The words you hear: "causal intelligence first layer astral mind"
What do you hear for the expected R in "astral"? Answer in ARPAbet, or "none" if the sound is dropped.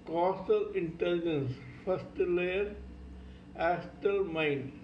none